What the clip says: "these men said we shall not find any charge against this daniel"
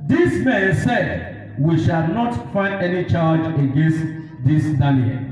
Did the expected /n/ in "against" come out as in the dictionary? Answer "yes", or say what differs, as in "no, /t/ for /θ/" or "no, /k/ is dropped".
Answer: yes